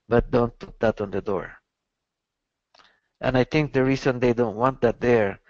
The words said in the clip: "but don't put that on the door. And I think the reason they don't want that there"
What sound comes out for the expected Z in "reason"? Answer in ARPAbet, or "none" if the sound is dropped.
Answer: S